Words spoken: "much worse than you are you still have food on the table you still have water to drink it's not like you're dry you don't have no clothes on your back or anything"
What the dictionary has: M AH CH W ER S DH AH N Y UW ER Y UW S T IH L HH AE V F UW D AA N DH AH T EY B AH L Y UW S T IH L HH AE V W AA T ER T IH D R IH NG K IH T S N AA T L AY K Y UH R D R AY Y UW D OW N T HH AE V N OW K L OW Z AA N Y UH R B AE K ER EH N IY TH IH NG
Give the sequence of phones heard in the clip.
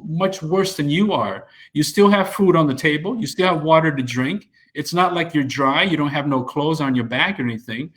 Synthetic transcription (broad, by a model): M AH CH W ER S DH AH N Y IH ER Y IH S T IH L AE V F UW D N DH AH T EY B AH L Y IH S T IH L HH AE V W AA T ER T IH D R IH NG K IH T S N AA T L AY K Y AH R D R AY Y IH D OW N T HH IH V N OW K L OW Z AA N Y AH R B AE K ER EH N IY TH IH NG